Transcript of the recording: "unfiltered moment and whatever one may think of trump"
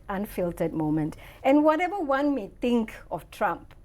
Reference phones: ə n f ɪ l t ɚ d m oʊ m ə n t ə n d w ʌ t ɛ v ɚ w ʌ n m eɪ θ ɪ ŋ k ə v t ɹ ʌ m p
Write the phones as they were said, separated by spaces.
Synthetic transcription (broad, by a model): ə n f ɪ l t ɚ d m oʊ m ə n t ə n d w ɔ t ɛ v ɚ w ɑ n m eɪ t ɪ ŋ k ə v t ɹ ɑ m p